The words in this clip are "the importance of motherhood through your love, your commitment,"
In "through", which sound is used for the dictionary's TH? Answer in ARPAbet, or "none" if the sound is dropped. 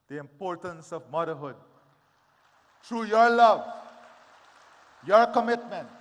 T